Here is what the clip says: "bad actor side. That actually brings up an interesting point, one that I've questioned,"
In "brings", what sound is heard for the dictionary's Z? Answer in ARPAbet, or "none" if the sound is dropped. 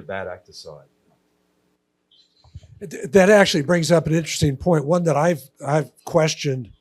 Z